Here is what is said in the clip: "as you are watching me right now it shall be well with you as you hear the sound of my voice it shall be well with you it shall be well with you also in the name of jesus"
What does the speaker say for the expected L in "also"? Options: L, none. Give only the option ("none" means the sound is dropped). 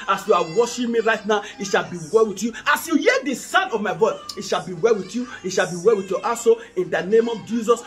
none